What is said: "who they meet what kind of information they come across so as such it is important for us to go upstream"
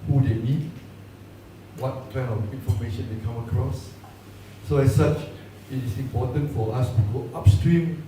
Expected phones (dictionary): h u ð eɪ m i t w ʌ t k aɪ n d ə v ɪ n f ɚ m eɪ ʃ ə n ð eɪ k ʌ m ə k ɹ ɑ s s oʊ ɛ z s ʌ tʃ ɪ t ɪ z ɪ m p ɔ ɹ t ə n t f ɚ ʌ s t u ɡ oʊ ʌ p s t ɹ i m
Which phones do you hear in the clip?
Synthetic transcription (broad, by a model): h u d eɪ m i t w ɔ t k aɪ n ə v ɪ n f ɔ m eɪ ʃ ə n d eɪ k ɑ m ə k ɹ ɑ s s oʊ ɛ s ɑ tʃ ɪ t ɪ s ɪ m p ɔ t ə n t f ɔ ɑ s t u ɡ oʊ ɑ p s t ɹ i m